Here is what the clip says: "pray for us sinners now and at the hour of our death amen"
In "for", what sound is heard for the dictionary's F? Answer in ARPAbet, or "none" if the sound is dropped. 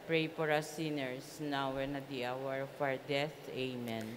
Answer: P